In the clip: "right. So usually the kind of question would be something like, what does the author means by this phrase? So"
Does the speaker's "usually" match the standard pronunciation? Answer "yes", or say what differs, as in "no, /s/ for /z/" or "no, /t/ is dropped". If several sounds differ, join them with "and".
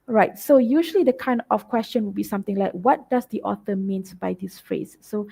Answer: yes